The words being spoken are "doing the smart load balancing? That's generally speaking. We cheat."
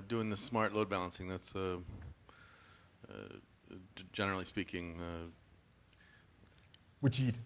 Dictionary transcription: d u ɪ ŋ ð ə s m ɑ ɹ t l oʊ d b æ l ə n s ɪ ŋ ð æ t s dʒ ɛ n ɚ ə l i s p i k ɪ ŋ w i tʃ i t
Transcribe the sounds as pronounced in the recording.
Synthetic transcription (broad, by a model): d u ɪ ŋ ð ə s m ɑ ɹ t l oʊ d b æ l ə n s ɪ ŋ ð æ t s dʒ ɛ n ɚ l i s p i k ɪ ŋ w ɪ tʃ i